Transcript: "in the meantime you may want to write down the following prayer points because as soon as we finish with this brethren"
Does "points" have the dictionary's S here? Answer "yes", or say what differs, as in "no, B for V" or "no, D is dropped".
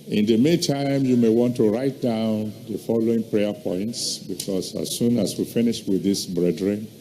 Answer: yes